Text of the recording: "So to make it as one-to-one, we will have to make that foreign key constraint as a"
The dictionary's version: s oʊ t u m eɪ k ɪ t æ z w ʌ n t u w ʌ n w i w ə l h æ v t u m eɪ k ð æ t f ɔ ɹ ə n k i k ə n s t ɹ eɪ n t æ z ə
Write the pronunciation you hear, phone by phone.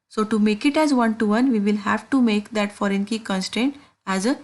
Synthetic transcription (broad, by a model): s oʊ t u m eɪ k ɪ t æ z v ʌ n t u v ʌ n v i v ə l h æ v t u m eɪ k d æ t f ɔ ɹ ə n k i k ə n s t eɪ n t æ z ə